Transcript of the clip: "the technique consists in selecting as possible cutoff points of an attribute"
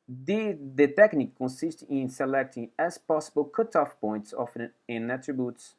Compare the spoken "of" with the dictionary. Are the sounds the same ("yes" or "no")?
no